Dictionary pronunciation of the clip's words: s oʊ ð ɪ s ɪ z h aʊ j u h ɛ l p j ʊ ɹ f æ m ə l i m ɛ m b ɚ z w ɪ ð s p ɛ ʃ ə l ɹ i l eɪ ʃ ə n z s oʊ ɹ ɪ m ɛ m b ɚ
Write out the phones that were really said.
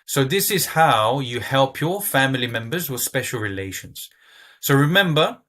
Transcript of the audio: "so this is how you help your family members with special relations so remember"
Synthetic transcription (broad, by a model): s oʊ ð ɪ s ɪ z h aʊ j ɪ h ɛ l p j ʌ ɹ f æ m ə l i m ɛ m b ɚ z w ɪ ð s p ɛ ʃ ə l ɹ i l eɪ ʃ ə n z s oʊ ɹ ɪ m ɛ m b ɚ